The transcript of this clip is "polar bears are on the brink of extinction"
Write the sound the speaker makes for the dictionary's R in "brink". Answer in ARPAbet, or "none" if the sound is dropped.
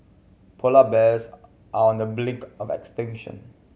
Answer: L